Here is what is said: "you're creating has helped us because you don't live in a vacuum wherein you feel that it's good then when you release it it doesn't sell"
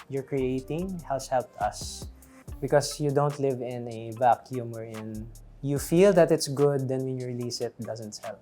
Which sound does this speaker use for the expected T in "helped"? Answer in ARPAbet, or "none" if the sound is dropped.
none